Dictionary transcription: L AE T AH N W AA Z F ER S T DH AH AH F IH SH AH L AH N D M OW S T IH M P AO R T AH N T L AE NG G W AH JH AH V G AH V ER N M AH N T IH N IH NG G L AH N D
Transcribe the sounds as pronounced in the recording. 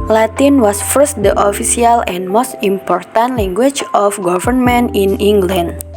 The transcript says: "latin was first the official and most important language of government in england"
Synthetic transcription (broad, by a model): L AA T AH N W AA S F ER S T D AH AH F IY S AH L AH N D M OW S T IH M P AO R T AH N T L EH NG G W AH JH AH F G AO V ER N M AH N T IH N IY NG G L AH N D